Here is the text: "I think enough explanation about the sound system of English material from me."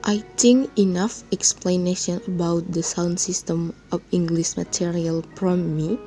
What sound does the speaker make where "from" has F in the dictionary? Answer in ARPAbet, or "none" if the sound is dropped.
P